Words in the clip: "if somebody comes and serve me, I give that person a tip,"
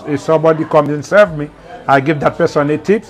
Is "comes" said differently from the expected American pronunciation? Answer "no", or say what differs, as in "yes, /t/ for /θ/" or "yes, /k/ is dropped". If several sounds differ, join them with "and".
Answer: yes, /z/ is dropped